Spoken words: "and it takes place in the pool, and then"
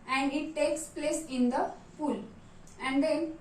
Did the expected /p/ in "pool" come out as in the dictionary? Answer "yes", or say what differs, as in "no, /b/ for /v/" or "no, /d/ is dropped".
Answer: no, /f/ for /p/